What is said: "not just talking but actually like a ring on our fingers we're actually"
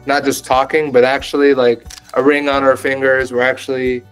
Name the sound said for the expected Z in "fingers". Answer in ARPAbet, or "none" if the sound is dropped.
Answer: Z